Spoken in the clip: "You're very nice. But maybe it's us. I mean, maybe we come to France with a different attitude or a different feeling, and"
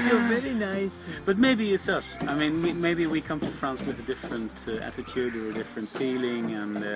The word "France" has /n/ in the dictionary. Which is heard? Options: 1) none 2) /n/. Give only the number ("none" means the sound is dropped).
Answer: 2